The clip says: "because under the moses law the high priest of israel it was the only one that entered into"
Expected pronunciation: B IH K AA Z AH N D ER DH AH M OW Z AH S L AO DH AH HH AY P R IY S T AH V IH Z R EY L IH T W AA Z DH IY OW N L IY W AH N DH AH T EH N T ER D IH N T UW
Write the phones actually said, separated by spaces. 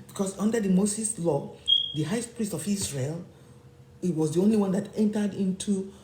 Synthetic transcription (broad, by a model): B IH K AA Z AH N D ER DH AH M OW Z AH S L AO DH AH HH AY P R IY S T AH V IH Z R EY L IH T W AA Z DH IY OW N L IY W AH N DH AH T EH N T ER D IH N T UW